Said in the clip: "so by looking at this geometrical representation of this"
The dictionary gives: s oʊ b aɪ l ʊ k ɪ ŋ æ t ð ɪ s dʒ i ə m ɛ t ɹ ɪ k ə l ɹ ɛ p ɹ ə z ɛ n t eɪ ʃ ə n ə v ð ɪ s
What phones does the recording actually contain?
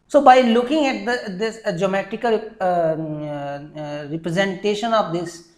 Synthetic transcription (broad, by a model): s oʊ b aɪ l ʊ k ɪ ŋ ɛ t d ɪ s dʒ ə m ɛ t ɪ k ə l ɹ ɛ p ɹ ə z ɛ n t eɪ ʃ ə n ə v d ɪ s